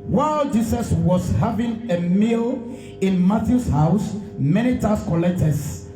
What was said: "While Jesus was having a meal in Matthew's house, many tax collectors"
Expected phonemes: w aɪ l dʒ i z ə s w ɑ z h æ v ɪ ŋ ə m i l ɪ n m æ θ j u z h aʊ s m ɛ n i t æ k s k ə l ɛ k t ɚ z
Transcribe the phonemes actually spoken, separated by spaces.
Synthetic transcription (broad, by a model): w aɪ l dʒ i s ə s w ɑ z h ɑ v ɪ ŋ ə m i l ɪ n m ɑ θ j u s h aʊ s m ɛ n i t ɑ s k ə l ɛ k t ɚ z